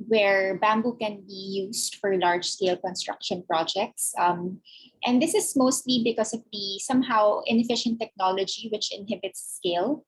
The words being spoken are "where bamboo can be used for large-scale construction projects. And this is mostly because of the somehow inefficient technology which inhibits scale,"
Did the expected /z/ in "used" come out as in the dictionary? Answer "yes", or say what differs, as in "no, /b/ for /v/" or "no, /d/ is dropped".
no, /s/ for /z/